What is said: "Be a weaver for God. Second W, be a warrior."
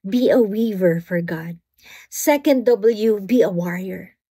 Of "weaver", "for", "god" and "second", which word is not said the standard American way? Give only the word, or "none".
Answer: none